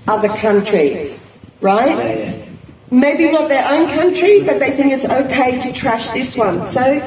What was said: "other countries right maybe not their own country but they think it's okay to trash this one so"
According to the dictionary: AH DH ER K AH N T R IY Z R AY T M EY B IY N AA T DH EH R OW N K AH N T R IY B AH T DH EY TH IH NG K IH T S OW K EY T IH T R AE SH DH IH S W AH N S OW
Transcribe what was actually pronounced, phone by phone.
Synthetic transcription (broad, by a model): AH DH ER K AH N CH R IY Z R AY T M EY B IY N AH T DH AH R OW N K AH N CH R IY B AH T DH EY TH IH NG K IH T S OW K EY T IH T R AE SH DH IH S W AH N S OW